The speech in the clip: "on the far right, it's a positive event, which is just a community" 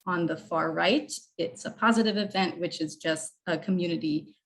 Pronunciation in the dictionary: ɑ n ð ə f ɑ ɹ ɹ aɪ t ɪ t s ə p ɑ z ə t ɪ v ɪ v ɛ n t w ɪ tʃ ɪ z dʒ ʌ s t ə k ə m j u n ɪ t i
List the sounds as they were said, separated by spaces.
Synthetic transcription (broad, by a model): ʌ n ð ə f ɑ ɹ ɹ aɪ t ɪ t s ə p ɑ z ə t ɪ v ɪ v ɛ n t w ɪ tʃ ɪ z dʒ ʌ s t ə k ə m j u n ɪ t i